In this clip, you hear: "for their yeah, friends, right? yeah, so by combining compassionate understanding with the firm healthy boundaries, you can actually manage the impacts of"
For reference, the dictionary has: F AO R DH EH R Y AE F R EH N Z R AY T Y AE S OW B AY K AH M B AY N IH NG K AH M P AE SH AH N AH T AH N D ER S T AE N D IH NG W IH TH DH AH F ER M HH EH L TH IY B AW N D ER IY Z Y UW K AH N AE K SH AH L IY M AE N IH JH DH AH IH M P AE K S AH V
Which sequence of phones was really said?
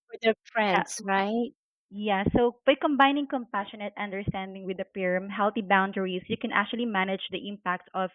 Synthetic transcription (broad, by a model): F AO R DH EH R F R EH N S R AY T Y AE S OW B AY K AH M B AY N IH NG K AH M P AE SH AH N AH T AH N D ER S T AE N D IH NG W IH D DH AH P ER M HH EH L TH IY B AW N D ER IY S Y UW K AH N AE K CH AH L IY M AE N IH JH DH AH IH M P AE K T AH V